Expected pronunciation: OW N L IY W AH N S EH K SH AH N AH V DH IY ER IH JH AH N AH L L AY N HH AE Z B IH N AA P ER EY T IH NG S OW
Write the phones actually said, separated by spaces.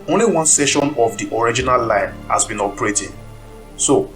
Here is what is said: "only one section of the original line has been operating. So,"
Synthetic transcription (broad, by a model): OW N L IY W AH N S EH SH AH N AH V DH IY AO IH JH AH N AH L L AY N HH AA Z B IH N AA P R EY T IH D S OW